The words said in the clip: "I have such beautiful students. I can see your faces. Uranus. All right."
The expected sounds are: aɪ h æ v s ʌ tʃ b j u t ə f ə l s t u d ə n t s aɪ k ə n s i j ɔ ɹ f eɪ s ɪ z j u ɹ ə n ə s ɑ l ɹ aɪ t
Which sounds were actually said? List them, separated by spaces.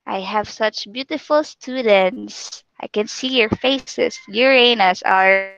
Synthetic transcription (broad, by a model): aɪ h æ v s ʌ tʃ b j u t ə f ə l s t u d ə n t s aɪ k ə n s i j ɔ ɹ f eɪ s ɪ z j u ɹ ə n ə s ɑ ɹ